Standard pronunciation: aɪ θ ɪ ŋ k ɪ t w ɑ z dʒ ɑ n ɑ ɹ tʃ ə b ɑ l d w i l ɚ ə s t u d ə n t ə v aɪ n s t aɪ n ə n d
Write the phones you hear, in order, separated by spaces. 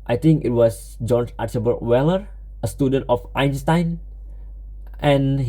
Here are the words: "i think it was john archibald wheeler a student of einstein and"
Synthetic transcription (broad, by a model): aɪ t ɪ ŋ k ɪ t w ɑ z dʒ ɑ n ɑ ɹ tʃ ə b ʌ d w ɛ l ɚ ə s t u d ə n t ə f aɪ n s t aɪ n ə n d